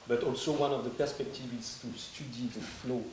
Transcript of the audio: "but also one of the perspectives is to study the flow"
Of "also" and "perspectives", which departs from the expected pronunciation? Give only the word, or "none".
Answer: perspectives